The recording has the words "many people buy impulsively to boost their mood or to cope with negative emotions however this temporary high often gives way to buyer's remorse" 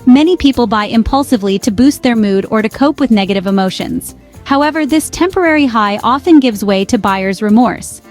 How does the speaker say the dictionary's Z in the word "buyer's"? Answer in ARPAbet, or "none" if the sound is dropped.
Z